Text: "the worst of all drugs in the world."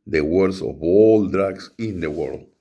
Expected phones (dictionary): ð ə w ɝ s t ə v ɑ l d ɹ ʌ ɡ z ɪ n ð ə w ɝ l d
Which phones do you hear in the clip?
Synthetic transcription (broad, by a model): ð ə w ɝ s ə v ɑ l d ɹ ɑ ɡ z ɪ n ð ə w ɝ l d